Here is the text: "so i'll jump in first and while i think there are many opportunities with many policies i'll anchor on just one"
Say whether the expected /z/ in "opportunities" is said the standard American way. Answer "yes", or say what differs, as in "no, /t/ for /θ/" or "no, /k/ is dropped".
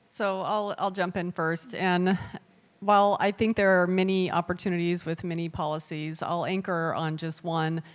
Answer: yes